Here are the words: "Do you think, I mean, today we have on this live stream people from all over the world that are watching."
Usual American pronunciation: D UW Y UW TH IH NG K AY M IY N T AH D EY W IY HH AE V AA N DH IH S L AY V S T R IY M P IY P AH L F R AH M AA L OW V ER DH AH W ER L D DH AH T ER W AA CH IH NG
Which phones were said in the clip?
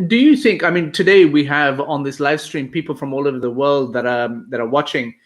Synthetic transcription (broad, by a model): D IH Y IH TH IH NG K AY M IY N T AH D EY W IY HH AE V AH N DH IH S L AY V S T R IY M P IY P L F R AH M AA L OW V ER DH AH W ER L D DH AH T ER W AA CH IH NG